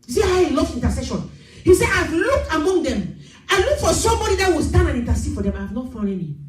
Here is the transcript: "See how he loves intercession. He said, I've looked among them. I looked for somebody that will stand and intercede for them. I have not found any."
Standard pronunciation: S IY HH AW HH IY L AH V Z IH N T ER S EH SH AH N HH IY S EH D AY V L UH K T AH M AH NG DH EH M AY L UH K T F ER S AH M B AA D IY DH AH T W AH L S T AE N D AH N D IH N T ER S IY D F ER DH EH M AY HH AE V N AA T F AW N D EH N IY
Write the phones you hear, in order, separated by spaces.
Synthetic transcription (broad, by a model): S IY HH AW HH IY L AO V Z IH N T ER S EH SH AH N HH IY S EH AY V L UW K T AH M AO NG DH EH M AY L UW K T F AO S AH M B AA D IY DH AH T W AH L S T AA N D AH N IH N T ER S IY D F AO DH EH M AY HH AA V N AA T F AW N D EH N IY